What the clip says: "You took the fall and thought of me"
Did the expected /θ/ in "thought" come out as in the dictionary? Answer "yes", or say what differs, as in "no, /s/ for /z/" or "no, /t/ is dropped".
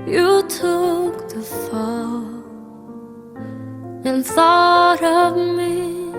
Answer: yes